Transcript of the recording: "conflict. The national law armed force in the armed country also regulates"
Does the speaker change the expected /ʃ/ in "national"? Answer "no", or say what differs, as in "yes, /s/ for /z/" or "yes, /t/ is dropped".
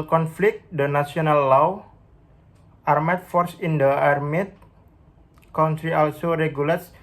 yes, /s/ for /ʃ/